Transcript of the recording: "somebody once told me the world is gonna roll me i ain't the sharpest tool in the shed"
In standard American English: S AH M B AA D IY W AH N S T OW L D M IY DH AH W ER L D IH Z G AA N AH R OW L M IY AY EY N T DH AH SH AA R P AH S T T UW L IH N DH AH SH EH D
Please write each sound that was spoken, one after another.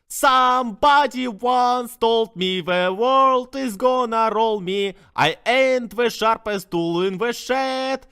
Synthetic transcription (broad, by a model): S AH M B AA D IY W AH N S T OW L D M IY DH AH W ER L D IH Z G AA N AH R OW L M IY AY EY N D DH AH SH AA R P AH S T T UW L IH N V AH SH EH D